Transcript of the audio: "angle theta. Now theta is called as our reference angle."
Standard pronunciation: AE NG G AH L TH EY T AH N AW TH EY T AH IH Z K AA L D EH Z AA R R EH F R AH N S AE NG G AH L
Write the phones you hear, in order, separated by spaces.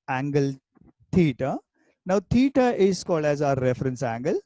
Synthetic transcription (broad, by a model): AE NG G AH L T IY T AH N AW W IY T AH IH S K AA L EH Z AA R R EH F R AH N S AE NG G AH L